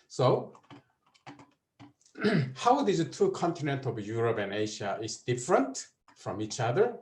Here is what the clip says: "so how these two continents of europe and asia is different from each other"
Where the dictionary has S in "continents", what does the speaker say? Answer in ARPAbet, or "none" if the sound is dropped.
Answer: none